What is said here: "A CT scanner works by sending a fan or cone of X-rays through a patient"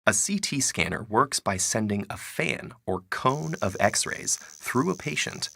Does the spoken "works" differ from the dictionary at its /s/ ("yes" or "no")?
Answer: no